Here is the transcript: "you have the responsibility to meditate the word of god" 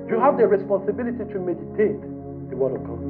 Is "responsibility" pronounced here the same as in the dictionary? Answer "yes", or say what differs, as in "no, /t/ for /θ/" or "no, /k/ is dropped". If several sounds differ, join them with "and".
yes